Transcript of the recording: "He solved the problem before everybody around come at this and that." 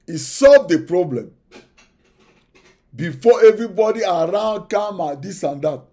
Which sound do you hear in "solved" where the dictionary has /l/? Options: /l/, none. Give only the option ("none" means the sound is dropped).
/l/